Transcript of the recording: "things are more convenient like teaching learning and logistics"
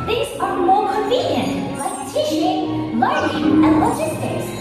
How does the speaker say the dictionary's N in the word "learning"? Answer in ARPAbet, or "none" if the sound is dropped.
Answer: none